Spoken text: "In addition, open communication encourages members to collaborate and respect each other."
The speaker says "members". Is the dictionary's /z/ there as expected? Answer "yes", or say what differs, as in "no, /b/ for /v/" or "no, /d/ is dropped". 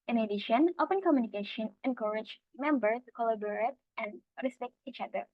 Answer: no, /z/ is dropped